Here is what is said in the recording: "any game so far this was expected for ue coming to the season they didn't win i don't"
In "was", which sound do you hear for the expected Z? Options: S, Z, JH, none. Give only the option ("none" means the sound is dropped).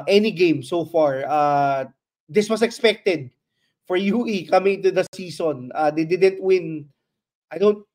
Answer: S